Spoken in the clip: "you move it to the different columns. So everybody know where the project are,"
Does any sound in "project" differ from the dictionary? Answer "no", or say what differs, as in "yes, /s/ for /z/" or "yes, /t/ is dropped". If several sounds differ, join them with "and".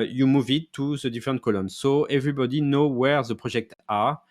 yes, /ʒ/ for /dʒ/